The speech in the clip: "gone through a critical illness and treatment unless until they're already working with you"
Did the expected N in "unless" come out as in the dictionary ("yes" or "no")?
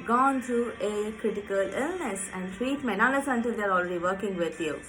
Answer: no